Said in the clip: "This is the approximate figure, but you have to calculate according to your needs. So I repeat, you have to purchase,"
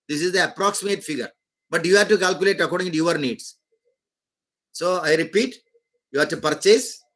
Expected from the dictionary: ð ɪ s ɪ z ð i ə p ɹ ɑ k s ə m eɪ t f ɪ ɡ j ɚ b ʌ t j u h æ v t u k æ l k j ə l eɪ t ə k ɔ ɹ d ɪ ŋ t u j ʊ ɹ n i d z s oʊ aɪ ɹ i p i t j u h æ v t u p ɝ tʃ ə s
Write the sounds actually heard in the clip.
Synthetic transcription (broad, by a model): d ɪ s ɪ z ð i ə p ɹ ɑ k s ə m eɪ t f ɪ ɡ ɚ b ʌ t j u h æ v t u k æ l k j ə l eɪ t ə k ɔ ɹ d ɪ ŋ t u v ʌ ɹ n i d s s oʊ aɪ ɹ i p i t j u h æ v t u p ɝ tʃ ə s